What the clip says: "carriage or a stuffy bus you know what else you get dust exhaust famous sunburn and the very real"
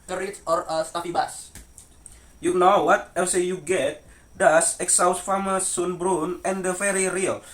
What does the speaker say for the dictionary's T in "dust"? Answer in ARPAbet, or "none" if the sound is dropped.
none